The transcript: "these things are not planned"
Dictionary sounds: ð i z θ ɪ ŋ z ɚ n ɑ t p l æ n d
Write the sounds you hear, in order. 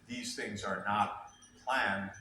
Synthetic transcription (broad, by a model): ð i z θ ɪ ŋ z ɚ n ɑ t p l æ n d